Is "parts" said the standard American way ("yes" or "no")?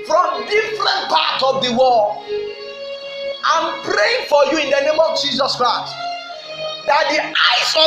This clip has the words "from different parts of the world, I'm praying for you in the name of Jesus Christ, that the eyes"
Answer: no